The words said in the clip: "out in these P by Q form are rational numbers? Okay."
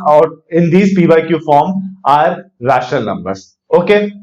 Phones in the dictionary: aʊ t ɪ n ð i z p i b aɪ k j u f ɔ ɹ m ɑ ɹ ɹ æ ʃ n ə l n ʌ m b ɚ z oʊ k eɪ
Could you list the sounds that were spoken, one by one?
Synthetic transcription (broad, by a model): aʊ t ɪ n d i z p i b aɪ k j u f ɔ ɹ m ɑ ɹ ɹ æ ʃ ə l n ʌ m b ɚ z oʊ k eɪ